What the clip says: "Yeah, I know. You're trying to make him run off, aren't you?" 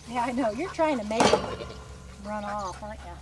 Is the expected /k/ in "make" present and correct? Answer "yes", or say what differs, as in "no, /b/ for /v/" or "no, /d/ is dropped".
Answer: no, /k/ is dropped